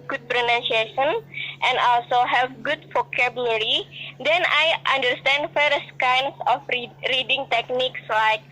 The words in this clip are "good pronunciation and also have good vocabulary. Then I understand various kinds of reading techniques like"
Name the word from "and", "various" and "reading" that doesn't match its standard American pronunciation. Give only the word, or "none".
various